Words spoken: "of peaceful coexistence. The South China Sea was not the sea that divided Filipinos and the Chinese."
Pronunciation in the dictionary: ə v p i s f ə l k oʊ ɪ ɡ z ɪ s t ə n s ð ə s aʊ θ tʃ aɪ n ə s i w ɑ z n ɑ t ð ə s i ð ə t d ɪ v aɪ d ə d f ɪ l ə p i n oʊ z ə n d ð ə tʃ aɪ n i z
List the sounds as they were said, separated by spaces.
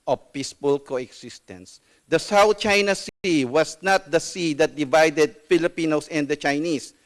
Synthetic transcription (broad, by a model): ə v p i s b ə l k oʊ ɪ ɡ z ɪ s t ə n s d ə s aʊ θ tʃ aɪ n ə s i w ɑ s n ɑ t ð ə s i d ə t d ɪ v aɪ d ə d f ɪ l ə p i n oʊ s ə n d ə tʃ aɪ n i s